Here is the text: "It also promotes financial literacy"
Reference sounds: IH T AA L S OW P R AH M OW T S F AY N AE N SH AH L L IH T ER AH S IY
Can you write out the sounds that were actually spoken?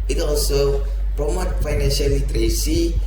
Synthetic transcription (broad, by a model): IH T AA L S OW P R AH M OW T F AY N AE N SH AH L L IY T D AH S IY